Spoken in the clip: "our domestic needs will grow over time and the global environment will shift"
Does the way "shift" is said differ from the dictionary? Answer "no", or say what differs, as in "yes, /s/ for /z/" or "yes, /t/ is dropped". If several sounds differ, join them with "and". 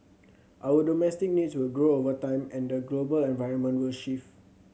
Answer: yes, /t/ is dropped